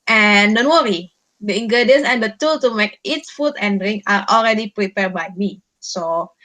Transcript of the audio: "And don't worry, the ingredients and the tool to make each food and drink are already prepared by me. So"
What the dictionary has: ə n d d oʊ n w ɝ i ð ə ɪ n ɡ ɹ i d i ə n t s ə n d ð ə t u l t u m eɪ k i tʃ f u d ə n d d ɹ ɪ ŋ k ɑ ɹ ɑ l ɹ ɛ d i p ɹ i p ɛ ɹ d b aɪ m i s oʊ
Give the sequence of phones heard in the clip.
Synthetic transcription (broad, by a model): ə n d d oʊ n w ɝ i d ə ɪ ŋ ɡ ɹ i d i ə n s ə n d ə t u l t u m eɪ k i s f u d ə n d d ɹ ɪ ŋ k ɑ ɹ ɑ l ɹ ɛ d i p ɹ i p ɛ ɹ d b aɪ m i s oʊ